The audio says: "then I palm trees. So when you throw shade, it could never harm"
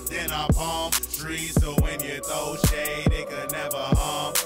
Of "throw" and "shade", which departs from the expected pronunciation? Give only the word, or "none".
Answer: throw